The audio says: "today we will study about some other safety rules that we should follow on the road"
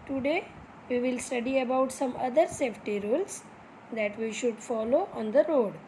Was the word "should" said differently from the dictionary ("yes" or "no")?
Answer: no